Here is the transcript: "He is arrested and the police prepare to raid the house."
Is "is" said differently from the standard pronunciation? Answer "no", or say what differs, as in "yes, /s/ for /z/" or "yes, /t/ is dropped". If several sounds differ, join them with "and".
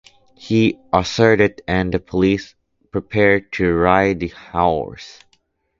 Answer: yes, /s/ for /z/